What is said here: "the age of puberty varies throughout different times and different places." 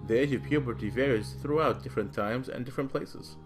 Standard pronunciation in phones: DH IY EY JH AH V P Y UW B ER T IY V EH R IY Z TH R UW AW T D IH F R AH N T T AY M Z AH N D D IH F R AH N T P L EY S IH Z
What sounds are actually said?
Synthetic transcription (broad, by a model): DH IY EY JH AH V P Y UW B ER T IY V EH R IY Z TH R UW AW T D IH F R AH N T T AY M Z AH N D D IH F R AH N P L EY S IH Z